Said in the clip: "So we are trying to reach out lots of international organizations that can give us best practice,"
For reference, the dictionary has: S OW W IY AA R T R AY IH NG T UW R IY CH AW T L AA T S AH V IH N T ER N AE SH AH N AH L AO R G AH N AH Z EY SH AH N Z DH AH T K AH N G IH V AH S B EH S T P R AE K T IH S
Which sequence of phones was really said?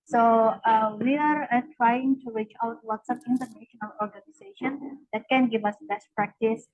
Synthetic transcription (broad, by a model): S OW W IY AA R T R AY IH NG T UW R IY CH AW T W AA T S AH P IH N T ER N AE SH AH N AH L AO R G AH N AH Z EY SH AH N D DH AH T K AH N G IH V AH S B EH S T P R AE K T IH S